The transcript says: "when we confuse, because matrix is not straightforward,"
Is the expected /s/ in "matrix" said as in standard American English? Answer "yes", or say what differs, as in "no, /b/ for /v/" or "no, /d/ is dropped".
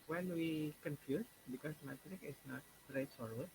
no, /s/ is dropped